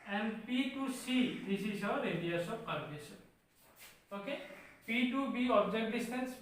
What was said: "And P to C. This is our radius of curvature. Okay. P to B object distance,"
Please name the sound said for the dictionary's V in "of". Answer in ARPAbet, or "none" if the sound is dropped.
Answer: P